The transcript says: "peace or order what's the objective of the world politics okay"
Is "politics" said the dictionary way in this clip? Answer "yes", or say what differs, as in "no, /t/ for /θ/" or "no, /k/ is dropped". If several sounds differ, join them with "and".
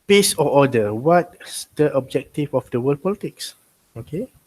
yes